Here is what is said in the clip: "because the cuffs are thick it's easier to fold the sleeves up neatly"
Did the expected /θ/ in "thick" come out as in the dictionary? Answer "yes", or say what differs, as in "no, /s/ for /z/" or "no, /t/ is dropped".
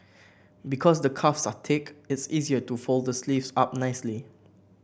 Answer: no, /t/ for /θ/